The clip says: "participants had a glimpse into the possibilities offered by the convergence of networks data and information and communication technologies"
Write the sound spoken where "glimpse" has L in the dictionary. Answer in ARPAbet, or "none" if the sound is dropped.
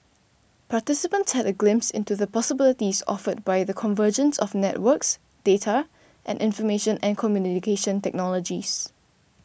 L